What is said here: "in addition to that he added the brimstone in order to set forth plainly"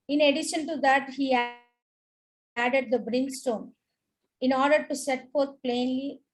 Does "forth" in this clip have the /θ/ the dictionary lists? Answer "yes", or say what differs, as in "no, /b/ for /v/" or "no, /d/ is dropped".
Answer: no, /t/ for /θ/